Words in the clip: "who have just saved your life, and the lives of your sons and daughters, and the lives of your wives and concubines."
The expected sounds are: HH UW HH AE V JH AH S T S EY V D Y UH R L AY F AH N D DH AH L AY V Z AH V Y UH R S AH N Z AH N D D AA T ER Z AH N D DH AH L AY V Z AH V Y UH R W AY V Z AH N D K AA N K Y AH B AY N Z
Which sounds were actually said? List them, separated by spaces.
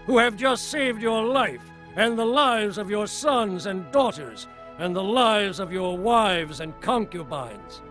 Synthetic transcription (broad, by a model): HH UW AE V JH AH S T S EY V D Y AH R L AY F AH N DH AH L AY V Z AH V Y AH R S AH N Z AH N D D AA T ER Z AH N DH AH L AY V Z AH V Y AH R W AY V Z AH N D K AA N K Y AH B AY N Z